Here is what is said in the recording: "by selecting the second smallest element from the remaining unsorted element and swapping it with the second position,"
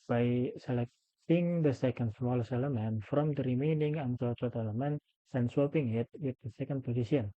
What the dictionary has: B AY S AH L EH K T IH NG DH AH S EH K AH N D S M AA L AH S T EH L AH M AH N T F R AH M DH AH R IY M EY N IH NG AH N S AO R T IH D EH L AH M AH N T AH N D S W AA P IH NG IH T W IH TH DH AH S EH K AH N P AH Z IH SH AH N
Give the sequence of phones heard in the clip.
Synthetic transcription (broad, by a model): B AY S AH L EH K T IH NG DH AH S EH K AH N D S M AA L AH S EH L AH M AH N F R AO M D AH R IY M EY N IH NG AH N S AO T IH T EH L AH M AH N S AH N S W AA P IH NG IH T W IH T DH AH S EH K AH N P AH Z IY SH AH N